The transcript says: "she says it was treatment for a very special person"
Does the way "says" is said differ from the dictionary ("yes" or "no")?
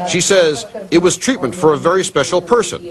no